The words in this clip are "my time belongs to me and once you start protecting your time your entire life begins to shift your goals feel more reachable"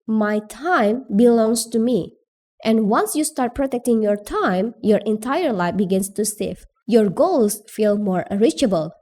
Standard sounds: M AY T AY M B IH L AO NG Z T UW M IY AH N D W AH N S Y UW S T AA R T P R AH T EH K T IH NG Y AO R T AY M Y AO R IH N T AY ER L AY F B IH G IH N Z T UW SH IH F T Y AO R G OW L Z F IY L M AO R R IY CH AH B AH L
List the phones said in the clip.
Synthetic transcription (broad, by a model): M AY T AY M B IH L AO NG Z T UW M IY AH N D W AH N S Y UW S T AA R T P R AH T EH K T IH NG Y AO R T AY M Y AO R IH N T AY ER L AY F B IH G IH N S T UW S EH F Y AO R G OW L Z F IY L M AO R R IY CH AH B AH L